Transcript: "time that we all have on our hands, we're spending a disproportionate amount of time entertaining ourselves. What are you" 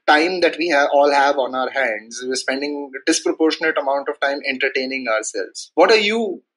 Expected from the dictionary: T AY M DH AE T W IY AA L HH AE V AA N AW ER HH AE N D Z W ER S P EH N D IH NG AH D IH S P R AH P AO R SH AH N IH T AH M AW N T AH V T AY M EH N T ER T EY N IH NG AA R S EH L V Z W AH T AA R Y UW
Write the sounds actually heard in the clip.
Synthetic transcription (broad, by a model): T AY M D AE T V IY AA L HH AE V AA N AW ER HH AE N D Z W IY S P EH N D IH NG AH D IH S P R AH P AO R SH AH N IH T AH M AW N T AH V T AY M EH N T ER T EY N IH NG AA R S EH L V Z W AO T AA R Y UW